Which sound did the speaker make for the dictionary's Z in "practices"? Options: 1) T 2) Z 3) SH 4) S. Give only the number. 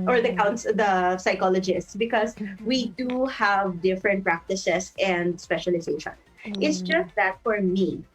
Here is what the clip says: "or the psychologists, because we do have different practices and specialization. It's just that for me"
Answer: 4